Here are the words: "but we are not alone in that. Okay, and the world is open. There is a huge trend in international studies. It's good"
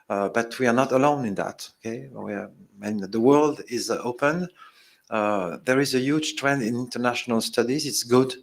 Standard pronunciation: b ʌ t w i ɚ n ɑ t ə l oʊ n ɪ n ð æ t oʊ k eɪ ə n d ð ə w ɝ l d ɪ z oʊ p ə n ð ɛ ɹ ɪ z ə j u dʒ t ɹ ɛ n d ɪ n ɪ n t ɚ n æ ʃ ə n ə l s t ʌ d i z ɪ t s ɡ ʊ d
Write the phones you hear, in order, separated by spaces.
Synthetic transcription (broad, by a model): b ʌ t w i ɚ n ɑ t ə l oʊ n ɪ n ð æ t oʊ k eɪ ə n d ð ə w ɝ l d ɪ z oʊ p ə n ð ɛ ɹ ɪ z ə j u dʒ t ɹ ɛ n d ɪ n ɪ n t ɚ n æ ʃ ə n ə l s t ʌ d i z ɪ t s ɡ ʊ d